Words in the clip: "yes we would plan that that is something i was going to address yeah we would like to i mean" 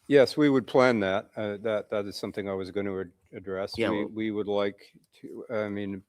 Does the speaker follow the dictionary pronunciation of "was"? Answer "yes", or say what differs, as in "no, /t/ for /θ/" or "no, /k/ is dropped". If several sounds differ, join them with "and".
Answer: yes